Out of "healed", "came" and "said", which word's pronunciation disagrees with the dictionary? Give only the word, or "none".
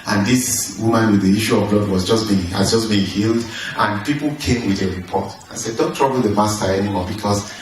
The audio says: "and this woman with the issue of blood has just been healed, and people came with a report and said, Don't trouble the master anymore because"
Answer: none